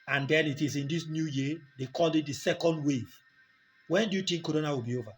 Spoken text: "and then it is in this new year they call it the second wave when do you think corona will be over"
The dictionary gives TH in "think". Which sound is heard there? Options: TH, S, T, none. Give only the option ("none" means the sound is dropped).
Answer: T